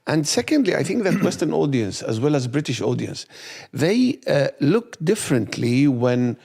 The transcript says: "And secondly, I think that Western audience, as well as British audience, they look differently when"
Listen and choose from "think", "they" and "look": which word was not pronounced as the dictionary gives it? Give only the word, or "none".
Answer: none